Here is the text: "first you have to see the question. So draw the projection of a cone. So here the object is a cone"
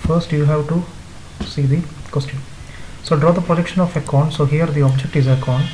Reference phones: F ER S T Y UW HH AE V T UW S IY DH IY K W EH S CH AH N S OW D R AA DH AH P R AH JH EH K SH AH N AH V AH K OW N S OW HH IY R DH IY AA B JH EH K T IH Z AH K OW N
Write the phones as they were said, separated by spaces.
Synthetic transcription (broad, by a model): F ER S T Y UW HH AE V T UW S IY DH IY K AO S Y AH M S OW D R AA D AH P R AH JH EH K SH AH N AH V AH K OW N S OW HH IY R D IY AA B JH EH K T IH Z AH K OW N